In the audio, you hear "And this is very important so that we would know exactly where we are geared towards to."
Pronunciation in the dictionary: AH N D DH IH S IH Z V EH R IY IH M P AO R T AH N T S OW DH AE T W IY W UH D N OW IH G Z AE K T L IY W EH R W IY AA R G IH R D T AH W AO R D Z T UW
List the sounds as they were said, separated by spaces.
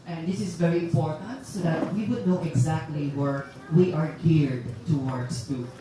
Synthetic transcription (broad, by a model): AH N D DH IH S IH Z V EH R IY IH M P AO R T AH N T S OW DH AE T W IY W UH D N OW IH G Z AE K T L IY W EH R W IY AA R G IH R D T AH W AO R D S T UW